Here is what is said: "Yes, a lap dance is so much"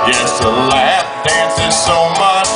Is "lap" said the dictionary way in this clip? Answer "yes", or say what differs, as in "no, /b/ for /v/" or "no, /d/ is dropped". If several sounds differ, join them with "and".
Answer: no, /f/ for /p/